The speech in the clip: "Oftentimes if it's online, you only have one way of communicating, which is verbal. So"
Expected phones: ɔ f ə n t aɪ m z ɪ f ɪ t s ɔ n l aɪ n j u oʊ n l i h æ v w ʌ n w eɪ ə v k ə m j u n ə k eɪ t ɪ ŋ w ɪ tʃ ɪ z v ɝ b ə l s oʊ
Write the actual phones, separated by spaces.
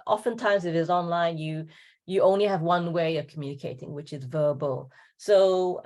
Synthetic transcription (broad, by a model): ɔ f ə n t aɪ m z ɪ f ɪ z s ɔ n l aɪ n j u oʊ n l i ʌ v w ʌ n w eɪ ə v k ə m j u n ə k eɪ t ɪ ŋ w ɪ tʃ ɪ z v ɝ b ə l s oʊ